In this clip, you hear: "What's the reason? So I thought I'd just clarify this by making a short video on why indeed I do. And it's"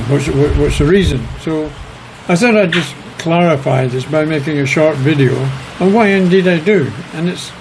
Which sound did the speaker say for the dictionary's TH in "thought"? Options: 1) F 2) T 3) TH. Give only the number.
3